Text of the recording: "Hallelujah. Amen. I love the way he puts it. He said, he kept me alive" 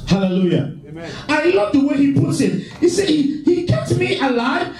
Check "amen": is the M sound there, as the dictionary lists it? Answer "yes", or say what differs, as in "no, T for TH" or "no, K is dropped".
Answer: no, M is dropped